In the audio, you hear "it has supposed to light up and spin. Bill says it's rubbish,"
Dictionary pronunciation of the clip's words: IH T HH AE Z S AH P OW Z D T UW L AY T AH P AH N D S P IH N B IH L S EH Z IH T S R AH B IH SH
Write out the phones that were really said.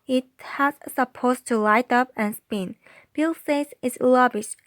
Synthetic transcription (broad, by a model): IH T HH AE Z S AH P OW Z T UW L AY T AH P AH N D S P IH N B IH L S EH S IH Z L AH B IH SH